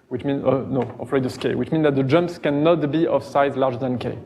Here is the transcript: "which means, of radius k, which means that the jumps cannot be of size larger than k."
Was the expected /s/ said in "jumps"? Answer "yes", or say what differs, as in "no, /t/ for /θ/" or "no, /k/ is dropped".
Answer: yes